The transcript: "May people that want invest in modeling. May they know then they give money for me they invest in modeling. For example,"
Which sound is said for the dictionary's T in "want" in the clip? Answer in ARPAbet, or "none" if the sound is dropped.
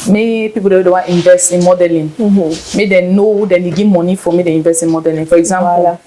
none